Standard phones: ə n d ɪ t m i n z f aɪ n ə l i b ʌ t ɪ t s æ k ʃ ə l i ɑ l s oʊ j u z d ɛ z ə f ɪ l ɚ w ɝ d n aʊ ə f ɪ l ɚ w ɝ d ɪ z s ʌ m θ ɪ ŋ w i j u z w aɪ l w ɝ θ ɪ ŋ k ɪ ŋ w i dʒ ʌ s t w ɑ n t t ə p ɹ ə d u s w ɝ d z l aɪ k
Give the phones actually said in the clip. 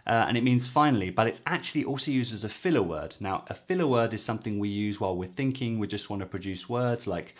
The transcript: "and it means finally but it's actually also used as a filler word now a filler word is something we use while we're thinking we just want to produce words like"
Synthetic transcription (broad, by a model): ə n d ɪ t m i n z f aɪ n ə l i b ʌ t ɪ t s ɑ k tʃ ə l i ɑ l s oʊ j u z d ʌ z ə f ɪ l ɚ w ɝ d n aʊ ə f ɪ l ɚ w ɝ d ɪ z s ʌ m θ ɪ ŋ w i j u z w aɪ l w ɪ θ ɪ ŋ k ɪ ŋ w i dʒ ʌ s t w ɑ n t t ə p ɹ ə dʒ u s w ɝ d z l aɪ k